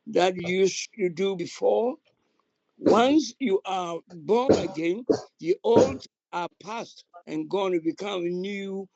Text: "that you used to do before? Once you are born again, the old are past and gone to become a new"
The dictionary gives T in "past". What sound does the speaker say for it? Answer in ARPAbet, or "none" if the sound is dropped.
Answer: T